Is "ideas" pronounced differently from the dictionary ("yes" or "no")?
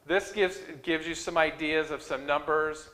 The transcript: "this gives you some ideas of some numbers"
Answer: no